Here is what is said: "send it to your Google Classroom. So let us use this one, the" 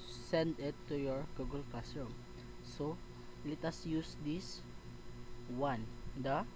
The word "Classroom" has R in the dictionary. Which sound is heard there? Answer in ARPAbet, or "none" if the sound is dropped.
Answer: none